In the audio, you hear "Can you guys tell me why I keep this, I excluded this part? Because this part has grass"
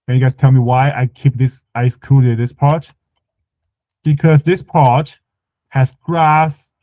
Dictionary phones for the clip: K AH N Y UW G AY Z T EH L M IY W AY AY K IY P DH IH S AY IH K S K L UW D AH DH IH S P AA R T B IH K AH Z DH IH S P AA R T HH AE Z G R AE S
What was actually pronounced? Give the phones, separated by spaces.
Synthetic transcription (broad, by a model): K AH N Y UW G AY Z T EH L M IY W AY AY K IY P DH IH S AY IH S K UW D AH DH IH S P AA R T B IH K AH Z DH IH S P AA R T HH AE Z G R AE S